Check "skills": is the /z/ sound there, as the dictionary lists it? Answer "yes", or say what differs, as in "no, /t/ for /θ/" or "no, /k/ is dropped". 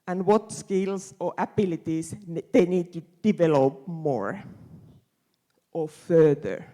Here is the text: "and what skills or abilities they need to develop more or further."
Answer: no, /s/ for /z/